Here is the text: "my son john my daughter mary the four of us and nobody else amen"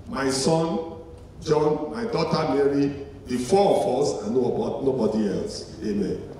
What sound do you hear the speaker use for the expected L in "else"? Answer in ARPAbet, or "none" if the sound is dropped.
L